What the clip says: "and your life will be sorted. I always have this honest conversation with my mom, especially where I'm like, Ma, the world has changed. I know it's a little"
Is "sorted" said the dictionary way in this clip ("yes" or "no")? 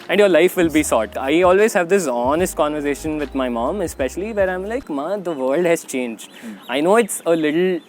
no